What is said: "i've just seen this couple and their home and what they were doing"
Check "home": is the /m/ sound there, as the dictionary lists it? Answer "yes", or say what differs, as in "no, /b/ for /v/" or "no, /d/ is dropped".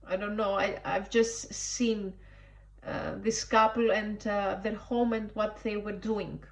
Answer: yes